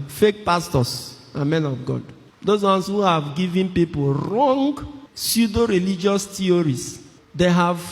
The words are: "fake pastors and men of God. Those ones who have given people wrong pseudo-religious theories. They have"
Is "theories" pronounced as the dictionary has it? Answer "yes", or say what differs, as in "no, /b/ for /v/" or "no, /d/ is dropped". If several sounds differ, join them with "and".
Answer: no, /t/ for /θ/